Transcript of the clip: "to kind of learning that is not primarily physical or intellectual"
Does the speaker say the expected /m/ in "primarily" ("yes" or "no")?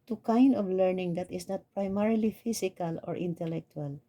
yes